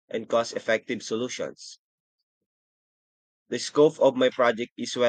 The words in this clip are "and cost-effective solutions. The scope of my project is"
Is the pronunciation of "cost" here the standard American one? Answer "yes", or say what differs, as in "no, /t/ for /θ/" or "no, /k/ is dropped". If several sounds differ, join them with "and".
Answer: no, /t/ is dropped